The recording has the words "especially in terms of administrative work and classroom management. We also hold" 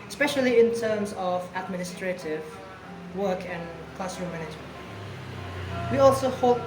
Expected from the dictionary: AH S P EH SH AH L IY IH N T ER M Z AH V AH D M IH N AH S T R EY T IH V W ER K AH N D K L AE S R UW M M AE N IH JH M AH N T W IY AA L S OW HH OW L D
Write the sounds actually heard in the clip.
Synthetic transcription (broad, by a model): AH S P EH SH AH L IY IH N T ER M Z AH V AH D M IH N AH S T R EY T IH V W ER K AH N K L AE S R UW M M AE N IH JH M AH N T W IY AA L S OW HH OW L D